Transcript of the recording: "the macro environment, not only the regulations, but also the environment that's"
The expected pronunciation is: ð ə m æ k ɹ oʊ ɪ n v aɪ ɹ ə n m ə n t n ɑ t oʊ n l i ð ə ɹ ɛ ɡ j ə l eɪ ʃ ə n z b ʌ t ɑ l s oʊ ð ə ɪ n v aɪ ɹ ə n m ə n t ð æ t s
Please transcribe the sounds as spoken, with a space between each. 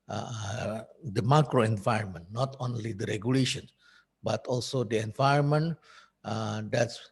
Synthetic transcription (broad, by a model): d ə m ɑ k ɹ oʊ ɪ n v aɪ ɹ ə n m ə n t n ɑ t oʊ n l i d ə ɹ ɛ ɡ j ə l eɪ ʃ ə n b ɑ t ɑ l s oʊ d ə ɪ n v aɪ ɹ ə n m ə n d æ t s